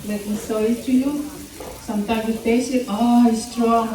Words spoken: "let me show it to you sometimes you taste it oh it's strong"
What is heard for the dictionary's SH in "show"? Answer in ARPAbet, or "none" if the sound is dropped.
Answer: S